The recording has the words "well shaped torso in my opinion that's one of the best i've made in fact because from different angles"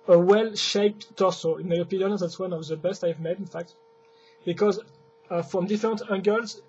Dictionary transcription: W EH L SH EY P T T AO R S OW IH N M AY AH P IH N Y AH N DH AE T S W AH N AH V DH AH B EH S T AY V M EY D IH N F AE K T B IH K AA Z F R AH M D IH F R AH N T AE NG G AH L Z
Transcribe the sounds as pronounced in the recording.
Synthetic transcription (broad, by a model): W EH L SH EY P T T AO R S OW IH N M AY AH P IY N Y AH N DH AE T S W AH N AH V DH AH B EH S T AY V M EY D IH N F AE K T B IH K AA Z F R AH M D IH F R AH N T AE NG G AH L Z